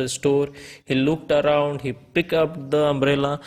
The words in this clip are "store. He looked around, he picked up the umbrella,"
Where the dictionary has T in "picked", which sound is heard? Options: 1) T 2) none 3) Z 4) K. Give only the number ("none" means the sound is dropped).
2